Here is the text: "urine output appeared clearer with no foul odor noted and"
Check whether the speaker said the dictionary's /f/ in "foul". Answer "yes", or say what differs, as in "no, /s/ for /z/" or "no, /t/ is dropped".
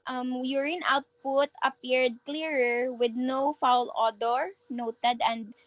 yes